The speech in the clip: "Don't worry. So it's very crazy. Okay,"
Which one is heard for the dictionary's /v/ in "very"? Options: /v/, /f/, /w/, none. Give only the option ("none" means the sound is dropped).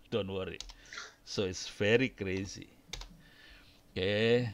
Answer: /f/